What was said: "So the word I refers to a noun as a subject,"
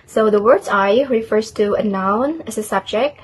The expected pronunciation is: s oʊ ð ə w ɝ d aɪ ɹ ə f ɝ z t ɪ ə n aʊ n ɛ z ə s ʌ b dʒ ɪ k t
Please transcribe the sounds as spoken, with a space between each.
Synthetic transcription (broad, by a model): s oʊ ð ə w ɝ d aɪ ɹ ə f ɝ z t ɪ ə n aʊ n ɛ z ə s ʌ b dʒ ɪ k t